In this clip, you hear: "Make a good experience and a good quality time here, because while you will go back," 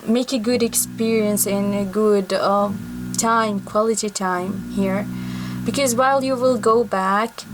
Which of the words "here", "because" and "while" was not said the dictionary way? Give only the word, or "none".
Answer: none